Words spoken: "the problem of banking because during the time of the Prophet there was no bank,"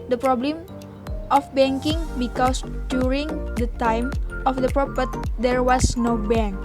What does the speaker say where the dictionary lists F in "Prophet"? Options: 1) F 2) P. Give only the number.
2